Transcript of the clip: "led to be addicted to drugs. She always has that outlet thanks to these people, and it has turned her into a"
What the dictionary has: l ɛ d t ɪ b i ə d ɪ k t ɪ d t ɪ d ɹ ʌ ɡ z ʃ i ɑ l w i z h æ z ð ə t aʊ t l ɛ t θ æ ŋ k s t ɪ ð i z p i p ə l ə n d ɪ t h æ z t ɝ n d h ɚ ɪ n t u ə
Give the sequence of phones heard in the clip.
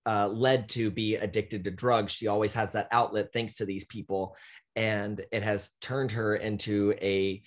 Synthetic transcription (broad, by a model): l ɛ d t ɪ b i ə d ɪ k t ɪ d t ɪ d ɹ ʌ ɡ z ʃ i ɑ l w i z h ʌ z ð ə t aʊ t l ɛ t θ æ ŋ k s t ɪ ð i z p i p l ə n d ɪ t h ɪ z t ɝ n d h ɚ ɪ n t u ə